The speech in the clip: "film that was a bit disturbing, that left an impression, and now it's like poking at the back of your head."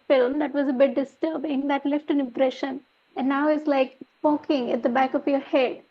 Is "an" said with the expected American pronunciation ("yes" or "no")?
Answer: yes